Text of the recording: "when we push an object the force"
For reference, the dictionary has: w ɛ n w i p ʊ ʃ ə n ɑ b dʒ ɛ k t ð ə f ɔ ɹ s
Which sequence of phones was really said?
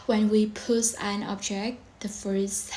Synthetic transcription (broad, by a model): w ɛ n w i p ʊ s ə n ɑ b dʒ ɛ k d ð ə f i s